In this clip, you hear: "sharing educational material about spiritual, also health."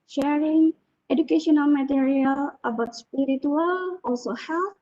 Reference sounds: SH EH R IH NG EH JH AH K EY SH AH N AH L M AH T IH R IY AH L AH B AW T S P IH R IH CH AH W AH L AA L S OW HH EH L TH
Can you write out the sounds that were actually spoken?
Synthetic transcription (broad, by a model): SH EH R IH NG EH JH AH K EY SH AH N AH L M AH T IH R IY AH L AH B AW T S P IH R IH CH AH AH L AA S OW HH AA